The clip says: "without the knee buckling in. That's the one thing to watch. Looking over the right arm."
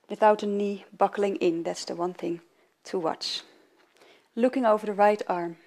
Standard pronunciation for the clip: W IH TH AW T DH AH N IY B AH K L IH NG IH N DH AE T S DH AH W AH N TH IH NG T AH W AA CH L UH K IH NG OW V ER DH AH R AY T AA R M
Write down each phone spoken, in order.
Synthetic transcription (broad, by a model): W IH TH AW T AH N IY B AH K L IH NG IH N DH AE T S DH AH W AH N TH IH NG T AH W AA CH L UH K IH NG OW V ER DH AH R AY T AA R M